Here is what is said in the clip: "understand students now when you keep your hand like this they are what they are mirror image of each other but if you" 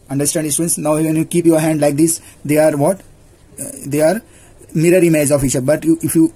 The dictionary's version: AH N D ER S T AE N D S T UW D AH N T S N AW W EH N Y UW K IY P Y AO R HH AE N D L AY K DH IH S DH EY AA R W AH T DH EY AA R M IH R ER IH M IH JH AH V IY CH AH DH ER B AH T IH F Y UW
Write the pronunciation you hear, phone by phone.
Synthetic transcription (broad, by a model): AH N D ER S T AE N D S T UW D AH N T S N AW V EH N Y UW K IY P Y AO R HH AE N D L AY K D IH S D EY AA R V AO T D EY AA R M IH R ER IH M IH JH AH F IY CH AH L B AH T IH F Y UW